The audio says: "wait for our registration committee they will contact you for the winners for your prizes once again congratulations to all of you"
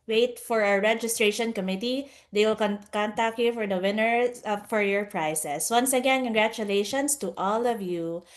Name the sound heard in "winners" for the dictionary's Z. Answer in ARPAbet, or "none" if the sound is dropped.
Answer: none